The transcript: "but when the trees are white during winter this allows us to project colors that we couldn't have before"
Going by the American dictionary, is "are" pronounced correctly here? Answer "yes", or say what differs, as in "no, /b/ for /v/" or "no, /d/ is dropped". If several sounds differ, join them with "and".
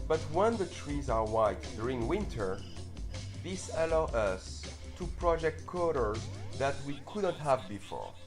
yes